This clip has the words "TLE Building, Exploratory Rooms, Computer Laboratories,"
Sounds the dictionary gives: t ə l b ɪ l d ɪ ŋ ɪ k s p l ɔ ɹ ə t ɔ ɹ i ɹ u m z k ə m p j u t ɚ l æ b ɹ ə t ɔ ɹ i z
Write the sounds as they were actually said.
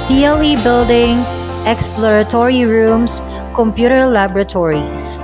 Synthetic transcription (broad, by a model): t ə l b ɪ l d ɪ ŋ ɪ k s p l ɔ ɹ ə t ɔ ɹ i ɹ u m s k ə m p j u t ɚ l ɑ b ɹ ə t ɔ ɹ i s